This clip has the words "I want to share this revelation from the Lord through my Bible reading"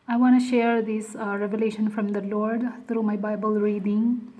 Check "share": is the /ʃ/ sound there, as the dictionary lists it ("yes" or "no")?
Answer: yes